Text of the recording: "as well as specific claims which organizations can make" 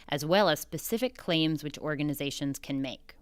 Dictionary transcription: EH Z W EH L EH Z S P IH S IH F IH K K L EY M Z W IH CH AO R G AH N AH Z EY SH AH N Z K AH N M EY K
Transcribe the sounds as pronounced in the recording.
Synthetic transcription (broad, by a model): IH Z W EH L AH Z S P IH S IH F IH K K L EY M Z W IH CH AO R G AH N AH Z EY SH AH N Z K AH N M EY K